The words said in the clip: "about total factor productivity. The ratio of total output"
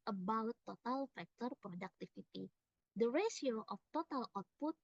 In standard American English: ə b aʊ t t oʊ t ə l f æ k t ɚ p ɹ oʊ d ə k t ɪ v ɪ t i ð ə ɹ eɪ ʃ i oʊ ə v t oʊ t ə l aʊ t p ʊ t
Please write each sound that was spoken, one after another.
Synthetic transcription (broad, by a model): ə b aʊ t t oʊ t ə l f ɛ k t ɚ p ɹ oʊ d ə k t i f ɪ t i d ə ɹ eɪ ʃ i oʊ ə f t oʊ t ə l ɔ t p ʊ t